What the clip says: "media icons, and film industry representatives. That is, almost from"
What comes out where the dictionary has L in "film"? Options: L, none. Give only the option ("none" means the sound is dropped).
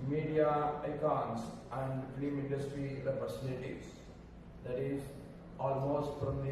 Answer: none